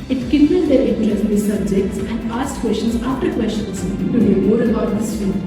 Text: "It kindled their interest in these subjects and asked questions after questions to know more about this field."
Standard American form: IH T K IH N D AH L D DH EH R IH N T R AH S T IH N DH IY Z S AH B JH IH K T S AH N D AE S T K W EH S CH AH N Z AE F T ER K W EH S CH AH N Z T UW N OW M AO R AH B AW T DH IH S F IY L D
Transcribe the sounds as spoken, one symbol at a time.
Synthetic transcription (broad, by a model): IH T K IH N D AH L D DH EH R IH T AH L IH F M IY S AH B JH IH K T S AH N D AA S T K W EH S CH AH N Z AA F T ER K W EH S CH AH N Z T UW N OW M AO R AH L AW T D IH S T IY